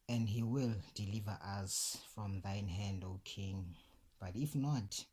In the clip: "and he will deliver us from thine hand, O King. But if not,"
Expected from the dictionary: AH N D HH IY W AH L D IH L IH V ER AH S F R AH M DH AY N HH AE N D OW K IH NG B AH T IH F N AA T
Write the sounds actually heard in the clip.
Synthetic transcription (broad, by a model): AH N D HH IY W AH L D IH L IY V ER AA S F R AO M DH AY N HH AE N D OW K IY NG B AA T IH F N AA T